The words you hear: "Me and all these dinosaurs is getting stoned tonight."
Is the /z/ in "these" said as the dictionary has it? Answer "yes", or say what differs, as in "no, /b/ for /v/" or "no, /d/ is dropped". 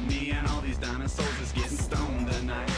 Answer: yes